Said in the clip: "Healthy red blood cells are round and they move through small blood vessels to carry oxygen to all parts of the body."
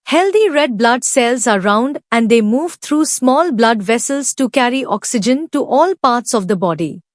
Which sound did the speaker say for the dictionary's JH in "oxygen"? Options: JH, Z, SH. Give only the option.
JH